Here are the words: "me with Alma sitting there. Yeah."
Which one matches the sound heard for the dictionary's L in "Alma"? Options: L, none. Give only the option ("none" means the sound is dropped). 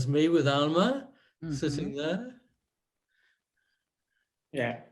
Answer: L